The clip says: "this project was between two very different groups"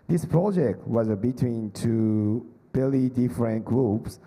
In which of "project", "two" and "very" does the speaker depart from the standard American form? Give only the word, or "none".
very